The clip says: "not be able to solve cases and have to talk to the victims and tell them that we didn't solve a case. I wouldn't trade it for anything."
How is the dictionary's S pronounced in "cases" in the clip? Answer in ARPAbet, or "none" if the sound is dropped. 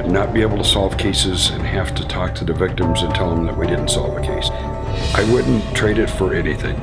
S